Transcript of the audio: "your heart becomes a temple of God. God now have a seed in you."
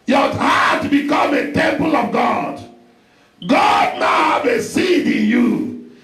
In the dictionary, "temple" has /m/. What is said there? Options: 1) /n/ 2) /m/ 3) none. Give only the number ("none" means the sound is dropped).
2